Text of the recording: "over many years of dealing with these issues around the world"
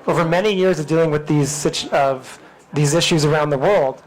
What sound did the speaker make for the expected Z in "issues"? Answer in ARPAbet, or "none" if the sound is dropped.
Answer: Z